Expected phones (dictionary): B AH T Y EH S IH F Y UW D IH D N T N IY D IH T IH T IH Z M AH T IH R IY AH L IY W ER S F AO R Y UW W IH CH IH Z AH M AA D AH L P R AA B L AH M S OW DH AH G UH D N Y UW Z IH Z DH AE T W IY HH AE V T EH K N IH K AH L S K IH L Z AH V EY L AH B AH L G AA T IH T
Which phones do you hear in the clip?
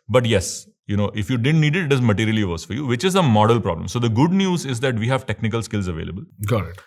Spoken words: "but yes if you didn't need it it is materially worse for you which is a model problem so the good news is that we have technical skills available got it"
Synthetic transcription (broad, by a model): B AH T Y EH S IH F Y UW D IH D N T N IY D IH T IH T IH Z M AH T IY R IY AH L IY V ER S F AO R Y UW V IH CH IH Z AH M AA D AH L P R AA B L AH M S OW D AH G UH D N Y UW Z IH Z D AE T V IY HH AE V T EH K N IH K AH L S K IH L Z AH V EY L AH B AH L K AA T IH T